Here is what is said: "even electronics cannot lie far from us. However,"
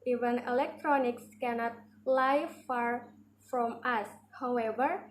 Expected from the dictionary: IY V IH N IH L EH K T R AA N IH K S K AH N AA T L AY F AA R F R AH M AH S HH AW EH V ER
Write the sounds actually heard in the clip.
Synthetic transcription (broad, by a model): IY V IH N IH L EH K T R AA N IH K S K AH N AA T L AY F AA R F R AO M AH S HH AW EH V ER